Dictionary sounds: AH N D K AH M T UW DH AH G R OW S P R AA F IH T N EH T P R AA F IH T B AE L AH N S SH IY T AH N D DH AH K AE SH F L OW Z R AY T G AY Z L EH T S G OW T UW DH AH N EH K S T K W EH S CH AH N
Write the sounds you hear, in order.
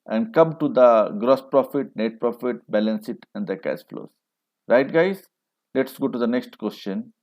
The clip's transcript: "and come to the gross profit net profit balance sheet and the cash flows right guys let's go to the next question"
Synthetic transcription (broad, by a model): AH N D K AH M T UW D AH G R OW S P R AA F IH T N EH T P R AA F IH T B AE L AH N S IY T AH N D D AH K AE S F L OW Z R AY T G AY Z L EH T S G OW T UW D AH N EH K S T K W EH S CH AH N